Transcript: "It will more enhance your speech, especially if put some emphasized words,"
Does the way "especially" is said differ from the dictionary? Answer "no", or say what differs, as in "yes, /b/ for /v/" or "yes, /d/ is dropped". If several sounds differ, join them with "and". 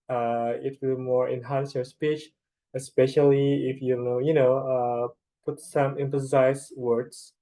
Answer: no